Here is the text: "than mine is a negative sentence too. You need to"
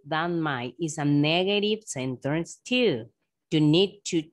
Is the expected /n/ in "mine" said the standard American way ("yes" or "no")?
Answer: no